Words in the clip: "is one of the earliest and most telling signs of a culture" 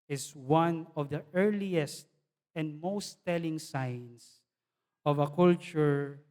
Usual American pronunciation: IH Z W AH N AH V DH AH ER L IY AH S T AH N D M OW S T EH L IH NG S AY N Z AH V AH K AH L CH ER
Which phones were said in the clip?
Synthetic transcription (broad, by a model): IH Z W AH N AH V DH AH ER L IY AH S T AH N D M OW S T EH L IH NG S AY N S AH V AH K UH L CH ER